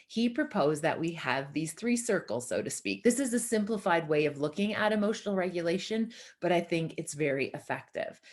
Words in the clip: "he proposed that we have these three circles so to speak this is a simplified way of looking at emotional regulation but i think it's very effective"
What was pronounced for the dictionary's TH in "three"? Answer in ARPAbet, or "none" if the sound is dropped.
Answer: TH